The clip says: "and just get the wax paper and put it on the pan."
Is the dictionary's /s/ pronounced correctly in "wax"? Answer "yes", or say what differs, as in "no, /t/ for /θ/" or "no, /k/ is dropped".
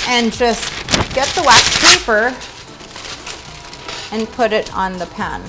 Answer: no, /s/ is dropped